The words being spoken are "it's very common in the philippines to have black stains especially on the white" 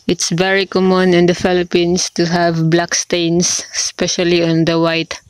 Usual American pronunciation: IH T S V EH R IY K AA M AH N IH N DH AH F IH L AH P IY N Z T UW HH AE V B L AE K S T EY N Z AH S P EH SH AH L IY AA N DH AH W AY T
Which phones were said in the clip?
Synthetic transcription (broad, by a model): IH T S V EH R IY K AA M AH N IH N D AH F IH L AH P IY N S T UW HH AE V B L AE K S T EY N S S P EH SH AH L IY AA N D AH W AY T